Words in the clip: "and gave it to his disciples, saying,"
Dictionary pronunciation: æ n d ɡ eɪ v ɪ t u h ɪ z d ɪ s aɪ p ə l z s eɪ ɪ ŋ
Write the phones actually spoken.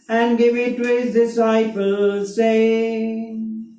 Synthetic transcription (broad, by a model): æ n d ɡ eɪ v ɪ t u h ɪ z d ɪ s aɪ p ə l z s eɪ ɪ